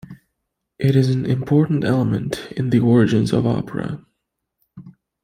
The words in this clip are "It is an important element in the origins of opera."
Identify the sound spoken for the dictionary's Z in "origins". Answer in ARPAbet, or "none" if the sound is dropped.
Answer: Z